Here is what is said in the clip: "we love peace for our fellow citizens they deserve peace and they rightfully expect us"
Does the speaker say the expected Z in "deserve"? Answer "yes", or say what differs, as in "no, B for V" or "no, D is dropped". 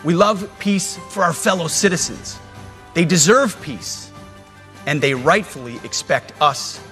yes